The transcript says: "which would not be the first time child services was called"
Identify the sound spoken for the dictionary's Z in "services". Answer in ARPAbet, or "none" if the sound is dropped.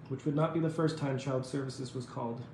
Z